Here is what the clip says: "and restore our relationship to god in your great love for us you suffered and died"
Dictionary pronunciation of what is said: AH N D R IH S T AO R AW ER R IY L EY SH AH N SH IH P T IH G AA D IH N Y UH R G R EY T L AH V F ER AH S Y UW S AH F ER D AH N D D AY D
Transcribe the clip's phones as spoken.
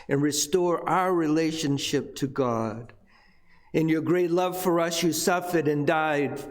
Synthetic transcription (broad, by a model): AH N R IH S T AO R AW ER R IY L EY SH AH N SH IH P T IH G AA D IH N Y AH R G R EY T L AH V F ER AH S Y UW S AH F ER D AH N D D AY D